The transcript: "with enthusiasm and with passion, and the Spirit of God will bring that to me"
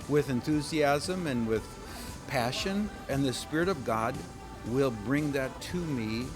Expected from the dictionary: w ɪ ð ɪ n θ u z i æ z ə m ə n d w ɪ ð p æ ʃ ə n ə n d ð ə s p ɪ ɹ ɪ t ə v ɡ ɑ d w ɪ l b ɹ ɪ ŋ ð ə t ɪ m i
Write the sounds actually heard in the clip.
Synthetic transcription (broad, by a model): w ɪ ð ɪ n θ u z i æ z ə m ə n w ɪ ð p æ ʃ ə n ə n ð ə s p ɪ ɹ ɪ t ə v ɡ ɑ d w ɪ l b ɹ ɪ ŋ ð ə t ɪ m i